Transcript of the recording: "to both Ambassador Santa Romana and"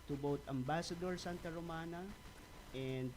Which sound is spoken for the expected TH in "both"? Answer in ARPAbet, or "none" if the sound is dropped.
T